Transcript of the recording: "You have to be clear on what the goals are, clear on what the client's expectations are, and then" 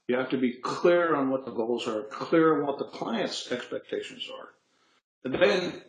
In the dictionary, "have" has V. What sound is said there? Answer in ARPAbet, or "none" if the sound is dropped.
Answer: F